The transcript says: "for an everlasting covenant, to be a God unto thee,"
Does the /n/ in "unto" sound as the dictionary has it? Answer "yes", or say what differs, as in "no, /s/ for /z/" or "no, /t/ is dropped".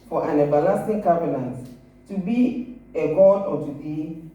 no, /n/ is dropped